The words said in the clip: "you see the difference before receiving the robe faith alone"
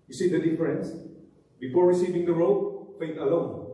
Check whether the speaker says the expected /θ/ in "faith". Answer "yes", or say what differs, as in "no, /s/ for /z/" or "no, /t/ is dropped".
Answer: no, /t/ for /θ/